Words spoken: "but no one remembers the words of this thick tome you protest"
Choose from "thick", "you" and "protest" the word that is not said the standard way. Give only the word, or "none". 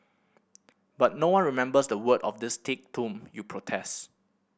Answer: thick